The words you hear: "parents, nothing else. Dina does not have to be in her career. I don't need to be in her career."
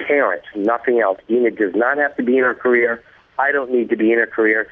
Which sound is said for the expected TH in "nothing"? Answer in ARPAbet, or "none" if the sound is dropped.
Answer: TH